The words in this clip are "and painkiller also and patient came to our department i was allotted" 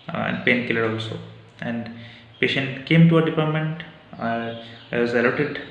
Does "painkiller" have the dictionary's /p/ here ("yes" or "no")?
yes